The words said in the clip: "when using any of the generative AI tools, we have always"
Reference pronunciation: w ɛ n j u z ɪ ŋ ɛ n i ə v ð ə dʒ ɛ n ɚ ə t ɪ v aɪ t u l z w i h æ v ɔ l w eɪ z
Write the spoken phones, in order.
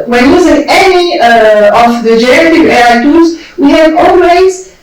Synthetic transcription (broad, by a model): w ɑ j j u z ɪ ŋ ɛ n i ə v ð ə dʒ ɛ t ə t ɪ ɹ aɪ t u z w i h æ v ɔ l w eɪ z